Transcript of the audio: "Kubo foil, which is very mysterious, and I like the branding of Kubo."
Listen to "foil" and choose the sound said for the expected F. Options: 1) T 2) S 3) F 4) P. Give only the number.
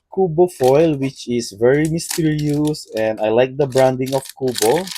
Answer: 3